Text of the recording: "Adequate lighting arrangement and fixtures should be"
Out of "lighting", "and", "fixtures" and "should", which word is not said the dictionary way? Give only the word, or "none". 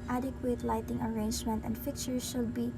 fixtures